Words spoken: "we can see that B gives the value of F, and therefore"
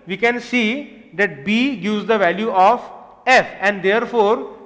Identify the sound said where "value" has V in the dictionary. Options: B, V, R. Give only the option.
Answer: V